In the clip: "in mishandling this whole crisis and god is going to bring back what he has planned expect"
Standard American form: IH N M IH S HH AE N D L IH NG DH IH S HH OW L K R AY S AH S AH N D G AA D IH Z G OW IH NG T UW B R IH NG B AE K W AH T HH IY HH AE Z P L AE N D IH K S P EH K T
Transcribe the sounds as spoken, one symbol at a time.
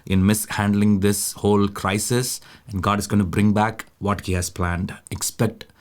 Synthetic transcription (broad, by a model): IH N M IH S HH AE N D L IH NG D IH S HH OW L K R AY S AH S AH N D G AA D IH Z G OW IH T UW B R IH NG B AE K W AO T HH IY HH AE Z P L AE N D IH K S P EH K T